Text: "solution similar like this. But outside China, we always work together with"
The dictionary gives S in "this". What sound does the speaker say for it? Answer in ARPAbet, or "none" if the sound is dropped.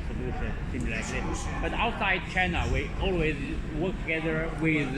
none